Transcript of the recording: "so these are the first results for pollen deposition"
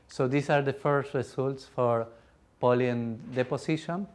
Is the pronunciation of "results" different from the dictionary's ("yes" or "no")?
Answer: yes